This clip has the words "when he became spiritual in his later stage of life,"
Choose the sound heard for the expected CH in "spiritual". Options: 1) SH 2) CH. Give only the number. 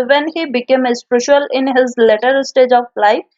1